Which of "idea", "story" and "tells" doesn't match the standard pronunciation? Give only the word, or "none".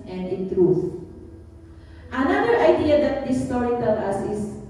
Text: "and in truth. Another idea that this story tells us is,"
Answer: tells